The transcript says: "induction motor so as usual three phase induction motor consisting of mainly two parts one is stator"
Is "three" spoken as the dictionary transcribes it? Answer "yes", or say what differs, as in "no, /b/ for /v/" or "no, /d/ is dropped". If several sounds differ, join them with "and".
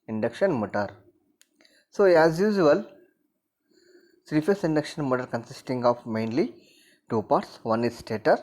no, /s/ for /θ/